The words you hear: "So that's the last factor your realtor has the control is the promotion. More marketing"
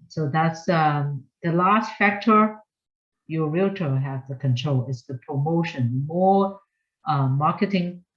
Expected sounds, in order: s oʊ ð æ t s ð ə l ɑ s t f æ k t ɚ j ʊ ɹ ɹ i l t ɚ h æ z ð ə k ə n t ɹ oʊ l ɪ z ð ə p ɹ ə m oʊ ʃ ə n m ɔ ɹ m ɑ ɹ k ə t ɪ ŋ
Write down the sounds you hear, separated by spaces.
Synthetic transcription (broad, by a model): s oʊ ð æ t s ð ə l ɑ s t f æ k t ɚ j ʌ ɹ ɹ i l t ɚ h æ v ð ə k ə n t ɹ oʊ l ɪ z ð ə p ɹ ə m oʊ ʃ ə n m ɔ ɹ m ɑ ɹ k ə t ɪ ŋ